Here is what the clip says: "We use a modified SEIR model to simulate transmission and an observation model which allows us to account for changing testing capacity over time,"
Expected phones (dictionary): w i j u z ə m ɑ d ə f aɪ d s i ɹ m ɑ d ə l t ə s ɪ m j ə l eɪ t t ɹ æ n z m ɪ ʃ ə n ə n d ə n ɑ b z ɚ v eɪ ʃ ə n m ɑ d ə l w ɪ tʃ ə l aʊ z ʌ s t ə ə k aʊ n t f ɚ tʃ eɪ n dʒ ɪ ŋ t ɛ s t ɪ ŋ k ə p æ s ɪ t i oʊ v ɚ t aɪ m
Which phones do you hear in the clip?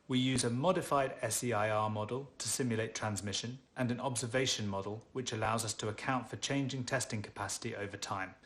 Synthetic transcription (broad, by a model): w i j u z ə m ɑ d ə f aɪ d s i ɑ m ɑ d ə l t ə s ɪ m j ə l eɪ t t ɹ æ n z m ɪ ʃ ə n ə n ə n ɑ b z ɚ v eɪ ʃ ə n m ɑ d ə l w ɪ tʃ ə l aʊ z ʌ s t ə ə k aʊ n t f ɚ tʃ eɪ n dʒ ɪ ŋ t ɛ s t ɪ ŋ k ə p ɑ s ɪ t i oʊ v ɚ t aɪ m